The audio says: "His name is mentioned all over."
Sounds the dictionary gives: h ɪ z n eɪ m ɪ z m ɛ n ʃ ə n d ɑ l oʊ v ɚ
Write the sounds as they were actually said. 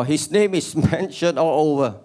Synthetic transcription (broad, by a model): h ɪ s n eɪ m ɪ s m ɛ n ʃ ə n ɑ l oʊ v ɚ